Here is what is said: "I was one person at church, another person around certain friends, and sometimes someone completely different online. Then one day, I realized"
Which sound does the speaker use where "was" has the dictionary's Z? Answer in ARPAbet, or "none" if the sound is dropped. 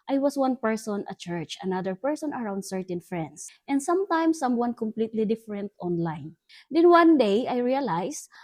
S